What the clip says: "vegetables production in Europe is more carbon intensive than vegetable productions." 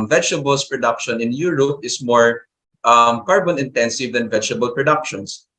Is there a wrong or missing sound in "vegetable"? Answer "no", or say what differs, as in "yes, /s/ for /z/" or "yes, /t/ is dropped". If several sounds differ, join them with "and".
no